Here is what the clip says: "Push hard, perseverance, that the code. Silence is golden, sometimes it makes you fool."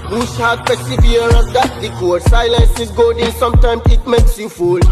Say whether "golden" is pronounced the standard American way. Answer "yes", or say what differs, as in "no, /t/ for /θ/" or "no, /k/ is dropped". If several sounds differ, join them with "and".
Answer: no, /l/ is dropped